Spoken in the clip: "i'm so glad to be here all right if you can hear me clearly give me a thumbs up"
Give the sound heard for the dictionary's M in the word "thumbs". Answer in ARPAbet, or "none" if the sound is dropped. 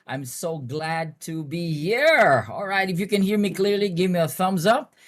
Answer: M